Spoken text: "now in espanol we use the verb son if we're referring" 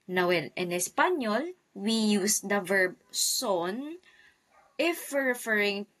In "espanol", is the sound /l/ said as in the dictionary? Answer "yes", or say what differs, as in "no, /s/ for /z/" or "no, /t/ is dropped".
yes